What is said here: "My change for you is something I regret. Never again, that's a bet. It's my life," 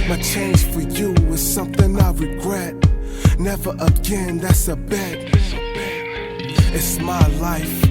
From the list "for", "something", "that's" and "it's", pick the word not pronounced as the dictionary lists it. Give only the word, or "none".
none